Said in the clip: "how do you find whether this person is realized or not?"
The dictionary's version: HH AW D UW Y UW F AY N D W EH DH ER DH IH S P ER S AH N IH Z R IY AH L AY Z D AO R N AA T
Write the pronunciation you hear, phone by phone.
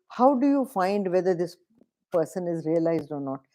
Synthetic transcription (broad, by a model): HH AW D UW Y UW F AY N D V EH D ER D IH S P ER S AH N IH Z R IY AH L AY Z D AO R N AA T